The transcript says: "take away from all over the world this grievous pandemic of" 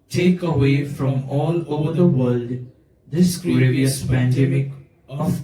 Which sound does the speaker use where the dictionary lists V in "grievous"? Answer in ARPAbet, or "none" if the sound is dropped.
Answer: none